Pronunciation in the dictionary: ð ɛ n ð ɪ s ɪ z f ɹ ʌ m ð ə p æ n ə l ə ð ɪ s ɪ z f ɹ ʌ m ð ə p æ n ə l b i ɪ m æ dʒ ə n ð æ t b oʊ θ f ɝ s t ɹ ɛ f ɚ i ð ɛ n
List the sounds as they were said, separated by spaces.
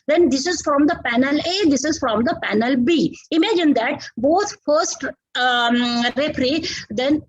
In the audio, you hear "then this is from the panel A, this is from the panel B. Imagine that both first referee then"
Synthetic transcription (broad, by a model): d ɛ n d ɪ s ɪ z f ɹ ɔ m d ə p æ n ə l ə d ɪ s ɪ z f ɹ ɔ m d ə p æ n ə l b i ɪ m æ dʒ ə n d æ t b oʊ t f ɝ s t ɹ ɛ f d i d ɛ n